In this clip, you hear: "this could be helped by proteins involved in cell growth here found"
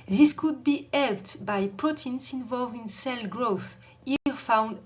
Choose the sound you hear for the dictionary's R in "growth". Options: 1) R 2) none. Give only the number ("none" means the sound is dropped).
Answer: 1